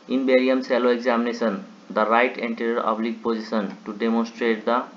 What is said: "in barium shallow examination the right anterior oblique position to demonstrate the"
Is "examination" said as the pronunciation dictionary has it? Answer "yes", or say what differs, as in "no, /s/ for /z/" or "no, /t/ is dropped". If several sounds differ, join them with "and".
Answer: no, /s/ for /ʃ/